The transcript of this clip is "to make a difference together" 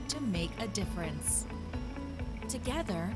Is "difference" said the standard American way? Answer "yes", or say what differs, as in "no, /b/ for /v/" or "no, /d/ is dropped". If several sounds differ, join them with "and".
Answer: yes